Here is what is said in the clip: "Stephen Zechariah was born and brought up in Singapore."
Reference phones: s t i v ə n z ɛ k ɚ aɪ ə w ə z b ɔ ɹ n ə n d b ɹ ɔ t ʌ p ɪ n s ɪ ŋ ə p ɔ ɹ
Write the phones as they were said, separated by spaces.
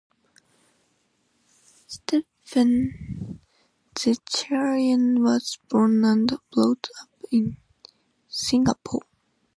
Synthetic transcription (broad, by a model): s t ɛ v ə n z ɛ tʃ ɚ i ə w ə z b ɔ ɹ n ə n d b l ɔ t ʌ p ɪ n s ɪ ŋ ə p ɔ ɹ